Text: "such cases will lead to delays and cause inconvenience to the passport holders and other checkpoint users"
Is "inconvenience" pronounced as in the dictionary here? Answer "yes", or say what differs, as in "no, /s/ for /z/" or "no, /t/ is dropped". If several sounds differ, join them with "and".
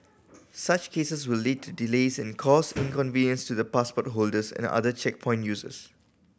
yes